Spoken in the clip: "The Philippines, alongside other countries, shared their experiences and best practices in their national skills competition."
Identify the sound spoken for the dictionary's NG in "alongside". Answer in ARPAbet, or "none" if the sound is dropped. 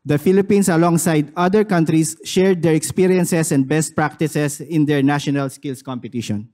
NG